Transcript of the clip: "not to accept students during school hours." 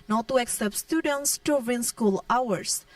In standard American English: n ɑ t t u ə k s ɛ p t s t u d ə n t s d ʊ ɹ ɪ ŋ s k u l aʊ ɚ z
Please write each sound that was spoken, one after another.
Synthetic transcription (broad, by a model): n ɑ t t u ə k s ɛ p t s t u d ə n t s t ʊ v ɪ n s k u l aʊ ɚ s